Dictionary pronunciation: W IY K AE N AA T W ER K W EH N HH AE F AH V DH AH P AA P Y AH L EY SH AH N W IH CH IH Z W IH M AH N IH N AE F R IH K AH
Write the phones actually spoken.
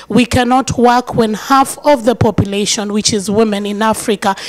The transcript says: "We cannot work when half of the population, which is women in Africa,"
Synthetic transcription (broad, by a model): W IY K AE N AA T W ER K W EH N HH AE F AH V DH AH P AA P Y AH L EY SH AH N W IH CH IH Z W IH M AH N IH N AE F R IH K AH